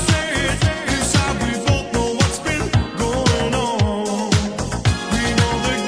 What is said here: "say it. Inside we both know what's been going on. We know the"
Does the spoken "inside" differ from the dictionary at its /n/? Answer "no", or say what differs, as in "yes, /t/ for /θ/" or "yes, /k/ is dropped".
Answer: yes, /n/ is dropped